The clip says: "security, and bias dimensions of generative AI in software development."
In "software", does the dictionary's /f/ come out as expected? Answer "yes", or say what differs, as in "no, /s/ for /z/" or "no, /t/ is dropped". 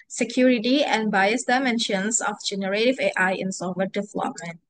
no, /f/ is dropped